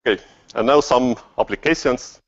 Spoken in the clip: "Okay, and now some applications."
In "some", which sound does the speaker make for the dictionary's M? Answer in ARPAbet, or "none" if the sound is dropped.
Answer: M